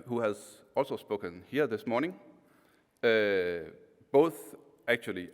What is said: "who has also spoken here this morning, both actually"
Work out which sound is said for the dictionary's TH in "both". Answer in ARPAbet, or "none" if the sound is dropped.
TH